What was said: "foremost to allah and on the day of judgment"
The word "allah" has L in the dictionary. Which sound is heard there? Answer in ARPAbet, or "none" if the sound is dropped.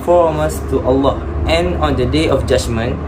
L